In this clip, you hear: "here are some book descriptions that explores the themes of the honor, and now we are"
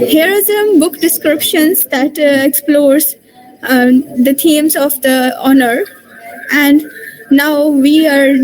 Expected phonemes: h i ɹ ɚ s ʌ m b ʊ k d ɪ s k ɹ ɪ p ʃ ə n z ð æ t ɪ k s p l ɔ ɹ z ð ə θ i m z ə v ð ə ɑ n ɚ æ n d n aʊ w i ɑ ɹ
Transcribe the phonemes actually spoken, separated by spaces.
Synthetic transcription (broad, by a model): h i ɹ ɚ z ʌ m b ʊ k d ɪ s k ɹ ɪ p ʃ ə n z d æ t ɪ k s p l ɔ ɹ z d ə t i m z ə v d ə ɑ n ɚ æ n d n aʊ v i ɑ ɹ